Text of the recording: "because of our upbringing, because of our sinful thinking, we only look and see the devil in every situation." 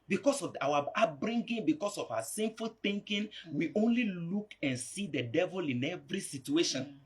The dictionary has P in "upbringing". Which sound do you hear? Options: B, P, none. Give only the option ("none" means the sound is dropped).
none